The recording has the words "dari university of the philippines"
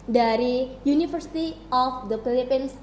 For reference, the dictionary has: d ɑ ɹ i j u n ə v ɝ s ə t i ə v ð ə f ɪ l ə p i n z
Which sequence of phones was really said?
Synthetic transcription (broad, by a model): d ɑ ɹ i j u n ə f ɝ s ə t i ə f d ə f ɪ l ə p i n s